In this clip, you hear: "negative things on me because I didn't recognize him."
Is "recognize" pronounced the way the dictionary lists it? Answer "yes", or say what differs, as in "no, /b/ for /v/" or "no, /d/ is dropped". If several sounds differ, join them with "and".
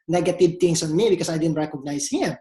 no, /s/ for /z/